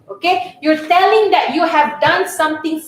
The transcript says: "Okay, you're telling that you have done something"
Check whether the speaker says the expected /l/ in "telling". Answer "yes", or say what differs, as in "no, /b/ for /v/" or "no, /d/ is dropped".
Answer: yes